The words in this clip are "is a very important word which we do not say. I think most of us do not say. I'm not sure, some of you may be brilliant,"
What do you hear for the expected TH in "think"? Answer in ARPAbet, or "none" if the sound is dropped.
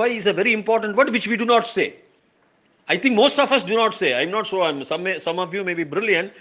T